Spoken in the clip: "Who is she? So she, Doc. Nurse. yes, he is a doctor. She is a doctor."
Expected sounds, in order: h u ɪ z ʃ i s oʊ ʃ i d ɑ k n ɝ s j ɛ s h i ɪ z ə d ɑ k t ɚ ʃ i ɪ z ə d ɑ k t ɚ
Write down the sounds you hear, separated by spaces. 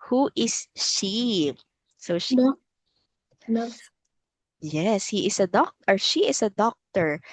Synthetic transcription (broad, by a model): h u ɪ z ʃ i s oʊ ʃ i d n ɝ j ɛ s h i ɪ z ə d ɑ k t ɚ ʃ i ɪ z ə d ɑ k t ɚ